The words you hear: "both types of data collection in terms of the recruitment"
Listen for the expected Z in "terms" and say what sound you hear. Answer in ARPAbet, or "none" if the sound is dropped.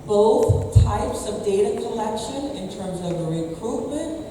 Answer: Z